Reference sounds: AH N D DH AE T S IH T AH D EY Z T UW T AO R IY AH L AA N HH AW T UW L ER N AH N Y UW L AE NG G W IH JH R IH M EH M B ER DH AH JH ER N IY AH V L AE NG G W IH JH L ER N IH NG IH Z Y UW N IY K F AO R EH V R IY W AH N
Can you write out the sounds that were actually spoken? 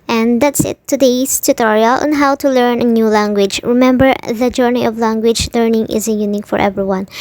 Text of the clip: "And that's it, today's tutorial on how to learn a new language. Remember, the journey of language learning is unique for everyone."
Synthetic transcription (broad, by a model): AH N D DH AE T S IH T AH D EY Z T UW T AO R IY AH L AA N HH AW T UW L ER N AH N Y UW L AE NG G W IH JH R IH M EH M B ER DH AH JH ER N IY AH V L AE NG G W IH JH L ER N IH NG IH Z Y UW N IY K F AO R EH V R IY W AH N